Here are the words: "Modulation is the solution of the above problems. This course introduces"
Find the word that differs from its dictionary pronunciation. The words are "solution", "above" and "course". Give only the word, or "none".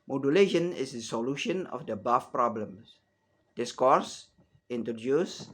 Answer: above